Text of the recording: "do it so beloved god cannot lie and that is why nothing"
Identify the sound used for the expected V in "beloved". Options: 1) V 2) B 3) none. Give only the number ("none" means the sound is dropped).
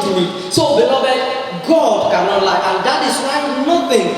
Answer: 2